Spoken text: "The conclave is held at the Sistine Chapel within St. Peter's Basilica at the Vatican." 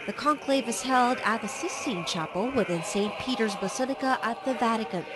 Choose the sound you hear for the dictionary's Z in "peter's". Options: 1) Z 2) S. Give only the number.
1